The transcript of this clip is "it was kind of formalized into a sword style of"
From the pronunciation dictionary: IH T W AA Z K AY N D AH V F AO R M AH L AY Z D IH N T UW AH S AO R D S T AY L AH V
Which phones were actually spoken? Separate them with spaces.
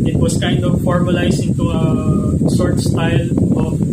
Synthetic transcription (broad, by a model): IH T W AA S K AY N D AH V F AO R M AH L AY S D IH N T UW AH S AO R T S T AY L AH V